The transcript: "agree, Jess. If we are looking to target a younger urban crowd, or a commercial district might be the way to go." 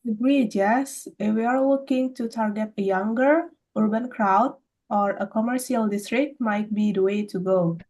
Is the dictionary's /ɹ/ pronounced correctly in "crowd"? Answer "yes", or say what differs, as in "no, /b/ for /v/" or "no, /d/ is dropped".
yes